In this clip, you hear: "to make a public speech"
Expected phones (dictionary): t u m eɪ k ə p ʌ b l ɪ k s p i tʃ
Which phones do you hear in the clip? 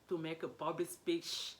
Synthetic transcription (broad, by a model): t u m eɪ k ə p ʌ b ɪ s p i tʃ